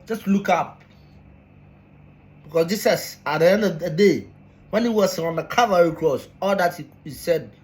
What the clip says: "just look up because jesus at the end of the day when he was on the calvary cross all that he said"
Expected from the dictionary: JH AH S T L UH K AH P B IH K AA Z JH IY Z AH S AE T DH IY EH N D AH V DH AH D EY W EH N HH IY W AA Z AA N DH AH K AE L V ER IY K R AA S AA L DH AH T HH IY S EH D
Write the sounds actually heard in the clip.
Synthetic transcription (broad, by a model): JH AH S T L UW K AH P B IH K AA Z JH IY S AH S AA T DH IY EH N D AH V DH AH D EY W EH N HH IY W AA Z AA N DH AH K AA V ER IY K R AA S AA L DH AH T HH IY S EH D